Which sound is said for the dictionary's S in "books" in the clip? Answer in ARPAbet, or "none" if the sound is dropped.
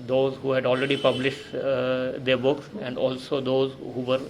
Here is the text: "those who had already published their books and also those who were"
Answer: S